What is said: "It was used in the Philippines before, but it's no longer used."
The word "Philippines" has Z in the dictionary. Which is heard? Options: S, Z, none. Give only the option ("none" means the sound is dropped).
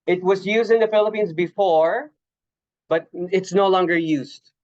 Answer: Z